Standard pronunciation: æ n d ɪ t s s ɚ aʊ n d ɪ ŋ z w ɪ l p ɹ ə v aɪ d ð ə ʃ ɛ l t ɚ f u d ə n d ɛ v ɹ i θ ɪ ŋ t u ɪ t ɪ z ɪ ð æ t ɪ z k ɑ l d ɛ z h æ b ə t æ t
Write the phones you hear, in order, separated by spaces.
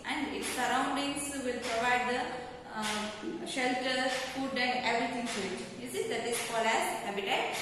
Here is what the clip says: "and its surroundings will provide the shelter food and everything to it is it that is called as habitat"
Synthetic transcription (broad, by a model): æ n d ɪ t s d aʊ n d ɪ ŋ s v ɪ l p ɹ ə v aɪ d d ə ʃ ɛ l t ɚ f u d ə n d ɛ v ɹ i t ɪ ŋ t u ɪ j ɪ s ɪ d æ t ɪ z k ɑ l ɛ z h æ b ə t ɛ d